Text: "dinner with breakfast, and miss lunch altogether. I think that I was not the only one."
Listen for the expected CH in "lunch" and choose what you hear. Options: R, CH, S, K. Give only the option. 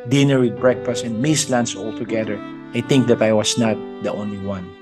S